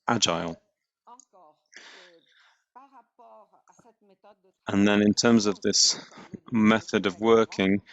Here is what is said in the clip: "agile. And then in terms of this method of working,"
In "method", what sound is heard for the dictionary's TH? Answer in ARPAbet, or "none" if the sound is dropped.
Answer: TH